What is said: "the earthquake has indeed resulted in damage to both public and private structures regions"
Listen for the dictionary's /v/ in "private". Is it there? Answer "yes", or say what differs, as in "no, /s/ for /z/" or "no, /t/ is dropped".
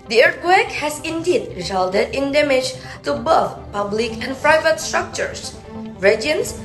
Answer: yes